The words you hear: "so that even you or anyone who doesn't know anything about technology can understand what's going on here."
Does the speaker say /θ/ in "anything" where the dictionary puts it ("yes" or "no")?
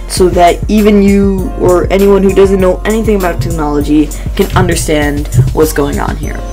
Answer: yes